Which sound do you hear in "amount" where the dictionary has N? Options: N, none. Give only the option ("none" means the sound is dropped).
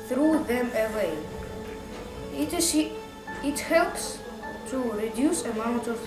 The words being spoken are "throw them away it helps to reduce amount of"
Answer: N